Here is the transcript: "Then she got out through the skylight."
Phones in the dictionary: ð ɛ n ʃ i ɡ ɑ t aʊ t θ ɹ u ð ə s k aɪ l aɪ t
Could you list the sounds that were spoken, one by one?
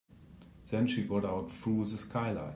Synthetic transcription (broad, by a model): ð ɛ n ʃ i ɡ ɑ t aʊ t f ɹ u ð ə s k aɪ l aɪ